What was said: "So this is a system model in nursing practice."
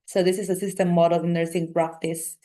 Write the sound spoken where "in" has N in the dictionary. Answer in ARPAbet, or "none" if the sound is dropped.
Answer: L